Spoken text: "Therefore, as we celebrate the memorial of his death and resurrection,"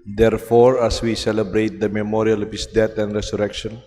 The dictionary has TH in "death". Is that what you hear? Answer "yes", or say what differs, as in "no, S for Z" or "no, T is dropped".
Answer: no, T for TH